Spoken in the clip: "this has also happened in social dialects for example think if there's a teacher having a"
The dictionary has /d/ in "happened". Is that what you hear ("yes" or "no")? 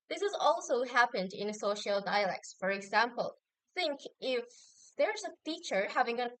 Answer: yes